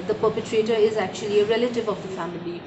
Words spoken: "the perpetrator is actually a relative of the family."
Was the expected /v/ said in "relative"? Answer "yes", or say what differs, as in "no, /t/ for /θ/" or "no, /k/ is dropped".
yes